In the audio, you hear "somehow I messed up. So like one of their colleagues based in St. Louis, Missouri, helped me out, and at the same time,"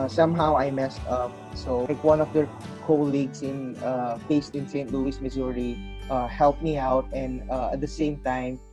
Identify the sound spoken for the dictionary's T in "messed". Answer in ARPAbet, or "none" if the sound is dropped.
T